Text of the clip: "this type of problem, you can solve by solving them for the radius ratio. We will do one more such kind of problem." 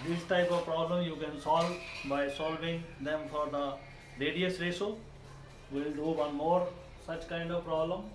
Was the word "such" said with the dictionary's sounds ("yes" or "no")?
yes